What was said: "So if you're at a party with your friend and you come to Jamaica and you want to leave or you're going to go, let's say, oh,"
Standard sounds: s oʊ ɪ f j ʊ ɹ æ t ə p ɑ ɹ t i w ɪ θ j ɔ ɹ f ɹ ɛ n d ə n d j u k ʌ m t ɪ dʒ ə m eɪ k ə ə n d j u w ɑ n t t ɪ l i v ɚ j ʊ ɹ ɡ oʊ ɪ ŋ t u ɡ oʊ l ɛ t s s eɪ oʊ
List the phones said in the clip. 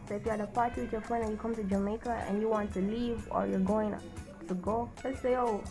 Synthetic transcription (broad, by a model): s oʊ ɪ f j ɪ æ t ə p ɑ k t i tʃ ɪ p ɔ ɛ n ə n j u k ʌ m t ɪ dʒ ə m eɪ k ə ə n j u w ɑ n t t ɪ l i v ɚ j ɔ ɹ ɡ oʊ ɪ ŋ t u ɡ oʊ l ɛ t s s eɪ oʊ